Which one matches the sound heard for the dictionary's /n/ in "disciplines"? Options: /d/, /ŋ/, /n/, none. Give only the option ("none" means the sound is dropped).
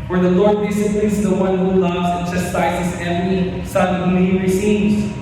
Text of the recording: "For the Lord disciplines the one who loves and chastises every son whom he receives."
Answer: none